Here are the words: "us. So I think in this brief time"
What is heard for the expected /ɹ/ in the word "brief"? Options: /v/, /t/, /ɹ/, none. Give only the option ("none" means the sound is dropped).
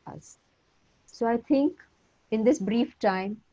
/ɹ/